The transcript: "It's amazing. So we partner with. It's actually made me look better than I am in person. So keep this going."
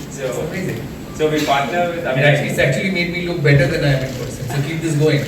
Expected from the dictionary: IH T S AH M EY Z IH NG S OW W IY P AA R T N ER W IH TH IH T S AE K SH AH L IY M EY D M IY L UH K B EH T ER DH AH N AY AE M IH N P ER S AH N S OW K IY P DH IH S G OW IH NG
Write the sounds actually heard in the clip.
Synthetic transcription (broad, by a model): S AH AO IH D S OW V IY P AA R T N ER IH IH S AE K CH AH L IY M EY D M IY L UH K B EH T ER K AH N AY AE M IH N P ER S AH S OW K IY P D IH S G OW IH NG